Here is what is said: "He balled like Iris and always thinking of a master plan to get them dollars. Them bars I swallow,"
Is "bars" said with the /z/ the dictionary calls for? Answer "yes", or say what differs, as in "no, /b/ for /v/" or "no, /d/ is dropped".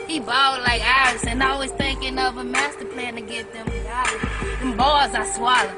yes